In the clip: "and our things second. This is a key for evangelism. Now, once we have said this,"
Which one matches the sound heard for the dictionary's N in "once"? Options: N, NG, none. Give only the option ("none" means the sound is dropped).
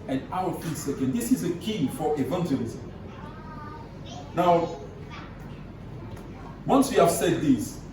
N